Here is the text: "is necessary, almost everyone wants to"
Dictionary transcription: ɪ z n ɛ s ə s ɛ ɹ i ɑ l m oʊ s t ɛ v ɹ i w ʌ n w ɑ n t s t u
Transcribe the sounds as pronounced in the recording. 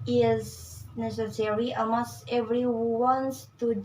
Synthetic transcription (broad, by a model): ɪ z n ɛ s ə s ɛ ɹ i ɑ m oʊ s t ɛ v ɹ i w w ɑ n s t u